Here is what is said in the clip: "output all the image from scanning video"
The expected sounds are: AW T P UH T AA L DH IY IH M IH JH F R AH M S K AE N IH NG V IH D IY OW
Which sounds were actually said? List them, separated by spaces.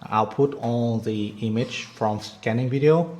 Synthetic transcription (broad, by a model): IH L P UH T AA N DH IY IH M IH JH F R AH M S K AE N IH NG V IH D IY OW